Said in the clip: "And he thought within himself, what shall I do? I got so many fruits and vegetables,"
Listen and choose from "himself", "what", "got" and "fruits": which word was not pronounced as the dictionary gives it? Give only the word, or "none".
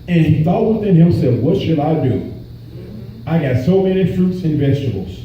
himself